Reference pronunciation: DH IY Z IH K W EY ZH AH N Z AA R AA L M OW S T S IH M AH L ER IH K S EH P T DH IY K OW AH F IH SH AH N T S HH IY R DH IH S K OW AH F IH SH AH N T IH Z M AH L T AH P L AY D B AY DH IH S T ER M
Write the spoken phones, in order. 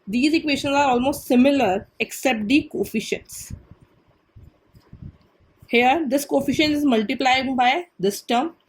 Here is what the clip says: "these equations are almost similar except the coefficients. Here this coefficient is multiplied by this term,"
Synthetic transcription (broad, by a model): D IY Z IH K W EY SH AH N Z AA R AA L M OW S T S IH M AH L ER IH K S EH P T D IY K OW F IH SH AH N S HH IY R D IH S K OW F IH SH AH N IH Z M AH L T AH P L AY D B AY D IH S T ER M